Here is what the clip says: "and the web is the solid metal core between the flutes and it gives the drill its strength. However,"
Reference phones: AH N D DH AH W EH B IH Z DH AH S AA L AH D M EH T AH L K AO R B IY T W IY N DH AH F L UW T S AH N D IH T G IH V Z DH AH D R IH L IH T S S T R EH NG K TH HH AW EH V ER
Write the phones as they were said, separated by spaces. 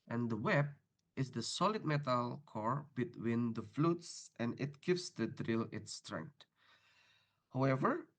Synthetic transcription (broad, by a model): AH N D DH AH W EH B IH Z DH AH S AA L AH D M EH T AH L K AO R B IY T W IY N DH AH F L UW T S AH N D IH T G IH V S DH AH D R IH L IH T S S T R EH NG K T HH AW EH V ER